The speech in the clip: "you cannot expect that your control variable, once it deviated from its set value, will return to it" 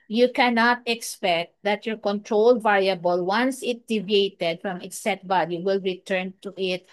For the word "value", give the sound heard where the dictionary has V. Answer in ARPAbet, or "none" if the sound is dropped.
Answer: B